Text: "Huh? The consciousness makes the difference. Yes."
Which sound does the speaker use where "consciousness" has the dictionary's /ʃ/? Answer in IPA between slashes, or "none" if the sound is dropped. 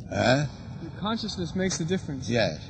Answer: /ʃ/